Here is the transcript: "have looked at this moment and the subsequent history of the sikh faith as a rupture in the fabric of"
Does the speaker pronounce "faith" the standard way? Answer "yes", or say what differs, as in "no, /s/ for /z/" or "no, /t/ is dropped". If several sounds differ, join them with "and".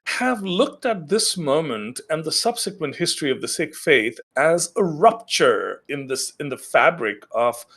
yes